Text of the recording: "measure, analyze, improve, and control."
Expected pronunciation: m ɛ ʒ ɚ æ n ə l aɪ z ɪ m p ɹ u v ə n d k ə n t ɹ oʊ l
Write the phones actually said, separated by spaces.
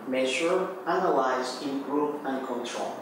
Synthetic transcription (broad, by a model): m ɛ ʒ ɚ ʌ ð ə w aɪ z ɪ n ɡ ɹ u p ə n k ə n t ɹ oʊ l